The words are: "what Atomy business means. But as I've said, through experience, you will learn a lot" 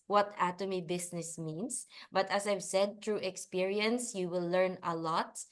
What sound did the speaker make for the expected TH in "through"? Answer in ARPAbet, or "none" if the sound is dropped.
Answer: T